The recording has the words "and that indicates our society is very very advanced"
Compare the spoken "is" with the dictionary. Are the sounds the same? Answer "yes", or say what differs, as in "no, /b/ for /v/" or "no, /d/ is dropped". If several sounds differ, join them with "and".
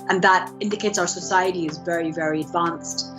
yes